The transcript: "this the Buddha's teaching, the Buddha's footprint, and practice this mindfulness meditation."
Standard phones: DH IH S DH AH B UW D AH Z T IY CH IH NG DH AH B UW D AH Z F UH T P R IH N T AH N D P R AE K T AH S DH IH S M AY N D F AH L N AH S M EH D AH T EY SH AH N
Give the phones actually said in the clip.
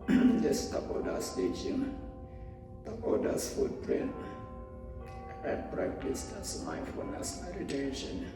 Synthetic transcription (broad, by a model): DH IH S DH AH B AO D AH S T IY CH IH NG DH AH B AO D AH S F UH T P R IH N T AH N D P R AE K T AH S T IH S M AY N F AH N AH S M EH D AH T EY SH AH N